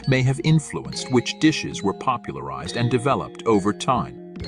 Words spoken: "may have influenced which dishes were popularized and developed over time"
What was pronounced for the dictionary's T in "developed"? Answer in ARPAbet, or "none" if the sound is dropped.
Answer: T